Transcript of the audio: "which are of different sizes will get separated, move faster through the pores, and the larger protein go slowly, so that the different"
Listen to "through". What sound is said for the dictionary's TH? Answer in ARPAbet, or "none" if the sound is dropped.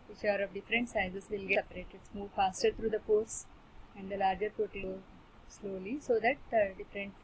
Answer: T